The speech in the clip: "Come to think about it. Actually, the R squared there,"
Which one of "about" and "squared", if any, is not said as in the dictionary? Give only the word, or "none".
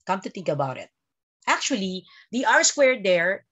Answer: none